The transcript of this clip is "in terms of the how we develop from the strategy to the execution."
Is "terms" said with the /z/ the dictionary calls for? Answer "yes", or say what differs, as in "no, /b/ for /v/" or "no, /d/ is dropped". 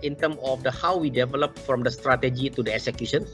no, /z/ is dropped